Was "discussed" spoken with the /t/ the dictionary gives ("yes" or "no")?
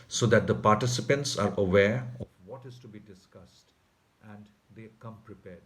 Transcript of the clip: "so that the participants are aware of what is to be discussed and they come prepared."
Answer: yes